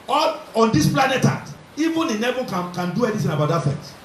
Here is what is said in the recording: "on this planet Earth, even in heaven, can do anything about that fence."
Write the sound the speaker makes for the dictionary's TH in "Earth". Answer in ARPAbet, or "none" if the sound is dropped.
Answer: T